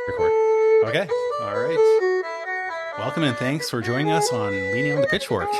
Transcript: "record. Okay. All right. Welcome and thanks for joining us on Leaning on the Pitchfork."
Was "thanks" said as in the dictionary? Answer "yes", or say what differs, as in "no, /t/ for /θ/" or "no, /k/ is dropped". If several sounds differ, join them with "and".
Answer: yes